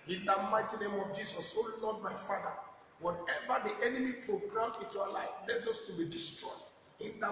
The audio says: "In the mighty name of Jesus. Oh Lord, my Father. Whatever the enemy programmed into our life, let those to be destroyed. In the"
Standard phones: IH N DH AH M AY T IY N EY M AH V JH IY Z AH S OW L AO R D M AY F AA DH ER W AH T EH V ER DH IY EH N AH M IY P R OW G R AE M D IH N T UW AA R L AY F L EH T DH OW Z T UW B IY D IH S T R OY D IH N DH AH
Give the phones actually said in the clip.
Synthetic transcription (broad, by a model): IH N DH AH M AY T IY N EY M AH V JH IY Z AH S OW L AO D M AY F AA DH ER W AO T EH V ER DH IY EH N AH M IY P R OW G R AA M IH N T UW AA L AY F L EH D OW S T UW B IY D IH S T R OY D IH N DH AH